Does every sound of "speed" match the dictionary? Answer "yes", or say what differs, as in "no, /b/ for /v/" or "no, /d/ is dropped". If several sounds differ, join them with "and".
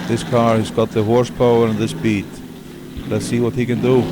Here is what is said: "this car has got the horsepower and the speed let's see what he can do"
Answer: no, /b/ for /p/